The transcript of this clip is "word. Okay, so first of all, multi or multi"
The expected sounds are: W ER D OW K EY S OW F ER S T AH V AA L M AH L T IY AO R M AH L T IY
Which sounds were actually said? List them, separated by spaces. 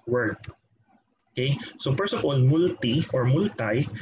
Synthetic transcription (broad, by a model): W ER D OW K EY S OW P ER S AH P AA L M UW L T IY AO R M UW L T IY